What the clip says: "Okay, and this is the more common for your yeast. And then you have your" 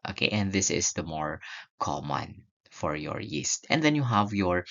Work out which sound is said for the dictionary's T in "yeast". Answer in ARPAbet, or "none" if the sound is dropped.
T